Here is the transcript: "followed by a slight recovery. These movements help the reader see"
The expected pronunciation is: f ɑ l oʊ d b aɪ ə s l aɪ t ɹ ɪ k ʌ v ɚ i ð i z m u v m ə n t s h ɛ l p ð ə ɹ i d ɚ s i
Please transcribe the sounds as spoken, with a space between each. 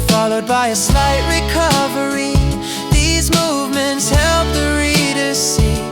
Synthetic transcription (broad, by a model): f ɑ l oʊ d b aɪ ə s l aɪ t ɹ ɪ k ʌ v ɚ i ð i z m u v m ə n t s h ɛ l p ð ə ɹ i d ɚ s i